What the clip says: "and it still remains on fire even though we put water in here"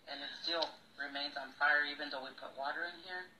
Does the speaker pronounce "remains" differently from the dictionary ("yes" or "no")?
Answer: no